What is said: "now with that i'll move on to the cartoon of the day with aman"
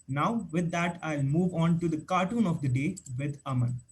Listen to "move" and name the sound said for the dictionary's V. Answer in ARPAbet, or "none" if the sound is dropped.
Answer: V